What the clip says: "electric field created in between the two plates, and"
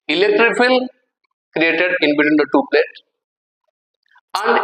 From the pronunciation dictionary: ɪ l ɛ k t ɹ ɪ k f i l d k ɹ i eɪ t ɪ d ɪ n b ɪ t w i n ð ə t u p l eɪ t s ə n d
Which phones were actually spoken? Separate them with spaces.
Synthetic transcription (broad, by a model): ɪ l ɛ k t ɹ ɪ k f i l k ɹ i eɪ t ɪ d ɪ n b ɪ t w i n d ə t u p l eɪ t ə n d